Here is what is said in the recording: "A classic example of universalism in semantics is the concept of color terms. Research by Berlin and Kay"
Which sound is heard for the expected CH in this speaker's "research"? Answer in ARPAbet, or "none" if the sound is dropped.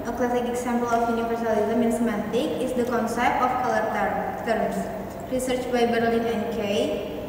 CH